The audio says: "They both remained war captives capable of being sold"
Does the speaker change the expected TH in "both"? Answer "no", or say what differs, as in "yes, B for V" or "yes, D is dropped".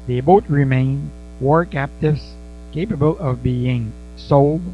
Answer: yes, T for TH